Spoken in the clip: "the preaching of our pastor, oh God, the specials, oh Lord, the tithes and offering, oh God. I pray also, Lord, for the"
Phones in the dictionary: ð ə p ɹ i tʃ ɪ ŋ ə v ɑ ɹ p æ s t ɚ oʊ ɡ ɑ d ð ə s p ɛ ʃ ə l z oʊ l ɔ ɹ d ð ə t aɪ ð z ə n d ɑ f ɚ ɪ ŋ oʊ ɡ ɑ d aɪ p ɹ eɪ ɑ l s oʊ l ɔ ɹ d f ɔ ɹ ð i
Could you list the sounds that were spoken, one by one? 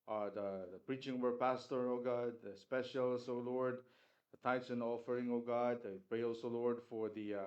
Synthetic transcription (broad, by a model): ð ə p ɹ i tʃ ɪ ŋ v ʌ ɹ p æ s t ɚ oʊ ɡ ɑ d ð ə s p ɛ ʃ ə l s oʊ l ɔ ɹ d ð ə t aɪ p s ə n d ɑ f ɚ ɪ ŋ oʊ ɡ ɑ d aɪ p ɹ eɪ ɑ l s oʊ l ɔ ɹ d f ɔ ɹ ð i